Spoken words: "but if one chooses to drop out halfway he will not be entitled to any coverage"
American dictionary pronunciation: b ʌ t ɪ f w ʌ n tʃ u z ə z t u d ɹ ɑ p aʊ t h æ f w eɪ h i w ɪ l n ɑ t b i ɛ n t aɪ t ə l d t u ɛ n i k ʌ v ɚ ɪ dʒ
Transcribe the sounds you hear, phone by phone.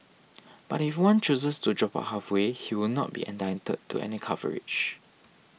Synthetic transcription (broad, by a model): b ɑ t ɪ f w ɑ n tʃ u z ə s t u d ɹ ɑ p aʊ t h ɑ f w eɪ h i w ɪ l n ɑ t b i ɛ n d aɪ t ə d t u ɛ n i k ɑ v ɚ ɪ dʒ